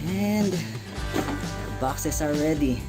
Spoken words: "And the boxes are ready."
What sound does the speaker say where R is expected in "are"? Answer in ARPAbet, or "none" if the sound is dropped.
L